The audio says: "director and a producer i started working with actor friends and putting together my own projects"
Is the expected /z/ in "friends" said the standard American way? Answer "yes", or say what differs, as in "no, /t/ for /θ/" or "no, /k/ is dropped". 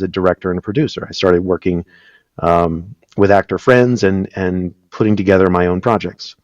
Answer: yes